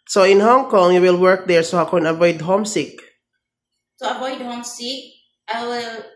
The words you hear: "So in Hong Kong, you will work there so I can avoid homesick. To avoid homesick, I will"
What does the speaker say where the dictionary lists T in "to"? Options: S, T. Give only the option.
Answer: S